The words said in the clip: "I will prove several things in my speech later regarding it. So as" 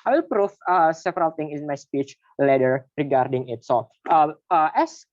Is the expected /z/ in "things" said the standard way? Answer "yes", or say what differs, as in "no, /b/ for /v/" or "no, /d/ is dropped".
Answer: no, /z/ is dropped